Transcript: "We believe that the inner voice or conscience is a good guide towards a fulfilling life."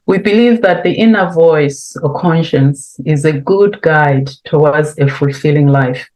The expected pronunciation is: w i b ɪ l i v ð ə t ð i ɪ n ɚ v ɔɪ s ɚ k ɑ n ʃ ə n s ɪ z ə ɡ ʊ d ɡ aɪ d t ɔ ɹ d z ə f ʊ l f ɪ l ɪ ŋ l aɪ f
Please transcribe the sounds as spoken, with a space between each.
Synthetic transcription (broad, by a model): w i b ɪ l i v ð ə t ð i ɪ n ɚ v ɔɪ s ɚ k ɑ n ʃ ə n s ɪ z ə ɡ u d ɡ aɪ d t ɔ w d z ə f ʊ l f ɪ l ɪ ŋ l aɪ f